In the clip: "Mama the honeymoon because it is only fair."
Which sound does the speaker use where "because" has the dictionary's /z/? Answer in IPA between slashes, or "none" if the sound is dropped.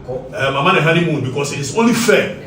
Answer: /s/